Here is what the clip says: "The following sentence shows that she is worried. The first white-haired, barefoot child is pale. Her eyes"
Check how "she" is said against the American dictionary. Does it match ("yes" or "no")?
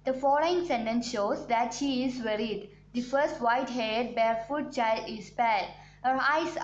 yes